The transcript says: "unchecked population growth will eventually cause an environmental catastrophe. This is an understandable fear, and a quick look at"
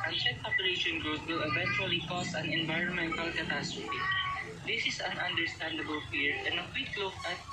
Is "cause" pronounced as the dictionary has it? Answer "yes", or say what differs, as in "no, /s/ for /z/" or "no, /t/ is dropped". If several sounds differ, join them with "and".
no, /s/ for /z/